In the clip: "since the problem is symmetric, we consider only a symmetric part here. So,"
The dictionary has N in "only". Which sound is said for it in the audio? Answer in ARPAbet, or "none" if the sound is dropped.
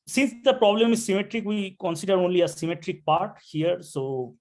N